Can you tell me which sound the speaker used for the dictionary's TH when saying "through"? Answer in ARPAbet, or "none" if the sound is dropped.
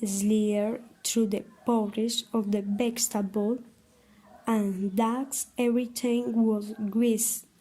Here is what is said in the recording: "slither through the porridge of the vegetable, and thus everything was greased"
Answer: T